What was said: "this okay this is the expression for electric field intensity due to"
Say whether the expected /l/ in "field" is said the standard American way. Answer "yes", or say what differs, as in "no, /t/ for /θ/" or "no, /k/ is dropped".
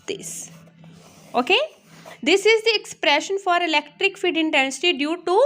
no, /l/ is dropped